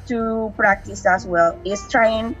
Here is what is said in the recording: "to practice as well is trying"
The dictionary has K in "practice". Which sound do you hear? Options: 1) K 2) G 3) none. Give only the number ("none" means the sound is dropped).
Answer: 1